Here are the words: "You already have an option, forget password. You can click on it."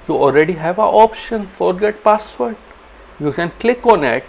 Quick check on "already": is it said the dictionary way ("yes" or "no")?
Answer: yes